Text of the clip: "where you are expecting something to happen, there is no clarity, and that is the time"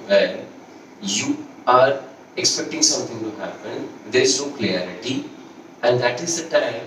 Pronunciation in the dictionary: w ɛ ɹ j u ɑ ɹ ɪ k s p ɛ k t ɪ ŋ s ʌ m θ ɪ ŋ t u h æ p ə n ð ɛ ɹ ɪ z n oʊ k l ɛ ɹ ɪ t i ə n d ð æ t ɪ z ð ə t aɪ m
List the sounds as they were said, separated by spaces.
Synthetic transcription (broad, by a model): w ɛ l j u ɑ ɹ ɪ k s p ɛ k t ɪ ŋ s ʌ m t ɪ ŋ t u h æ p ə n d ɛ ɹ ɪ z n oʊ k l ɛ ɹ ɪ t i ə n d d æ t ɪ z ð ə t aɪ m